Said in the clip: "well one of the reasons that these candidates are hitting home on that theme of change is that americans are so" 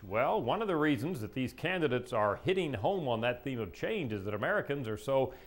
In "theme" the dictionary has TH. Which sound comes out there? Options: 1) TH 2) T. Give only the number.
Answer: 1